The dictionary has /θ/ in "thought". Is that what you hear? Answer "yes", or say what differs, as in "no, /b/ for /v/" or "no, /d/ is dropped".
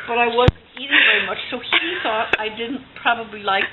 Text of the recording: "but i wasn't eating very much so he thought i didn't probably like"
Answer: yes